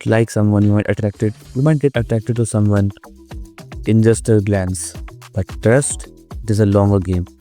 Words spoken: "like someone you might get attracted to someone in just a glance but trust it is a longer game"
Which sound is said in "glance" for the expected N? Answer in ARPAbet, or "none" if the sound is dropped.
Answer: N